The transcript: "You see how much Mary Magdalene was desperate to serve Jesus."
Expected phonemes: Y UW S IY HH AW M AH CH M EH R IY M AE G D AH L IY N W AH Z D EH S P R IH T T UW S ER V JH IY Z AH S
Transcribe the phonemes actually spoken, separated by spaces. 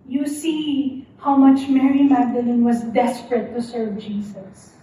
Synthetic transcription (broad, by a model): Y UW S IY HH AW M AH CH M EH R IY M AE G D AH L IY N W AH Z D EH S P R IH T T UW S ER V JH IY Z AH S